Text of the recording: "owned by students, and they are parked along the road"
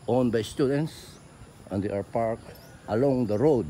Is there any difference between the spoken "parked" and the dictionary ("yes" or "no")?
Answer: no